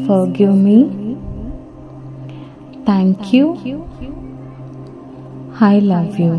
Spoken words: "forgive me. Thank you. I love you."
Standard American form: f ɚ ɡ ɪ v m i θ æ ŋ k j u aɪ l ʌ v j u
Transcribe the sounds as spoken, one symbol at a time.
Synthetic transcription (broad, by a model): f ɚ ɡ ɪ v m i t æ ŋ k j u aɪ l ʌ v j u